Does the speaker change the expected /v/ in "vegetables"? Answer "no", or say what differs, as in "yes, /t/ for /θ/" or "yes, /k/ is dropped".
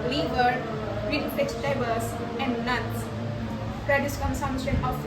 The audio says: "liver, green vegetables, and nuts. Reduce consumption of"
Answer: yes, /f/ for /v/